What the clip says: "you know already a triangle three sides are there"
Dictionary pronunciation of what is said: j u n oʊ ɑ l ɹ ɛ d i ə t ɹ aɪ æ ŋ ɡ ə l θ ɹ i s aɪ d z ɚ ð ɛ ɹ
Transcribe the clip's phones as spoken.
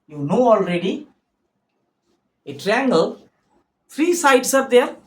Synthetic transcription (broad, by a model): j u n oʊ ɑ l ɹ ɛ d i ə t ɹ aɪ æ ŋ ɡ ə l t ɹ i s aɪ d s ɚ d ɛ ɹ